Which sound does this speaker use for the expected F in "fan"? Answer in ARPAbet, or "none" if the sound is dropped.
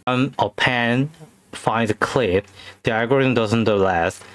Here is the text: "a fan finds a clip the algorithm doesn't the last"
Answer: P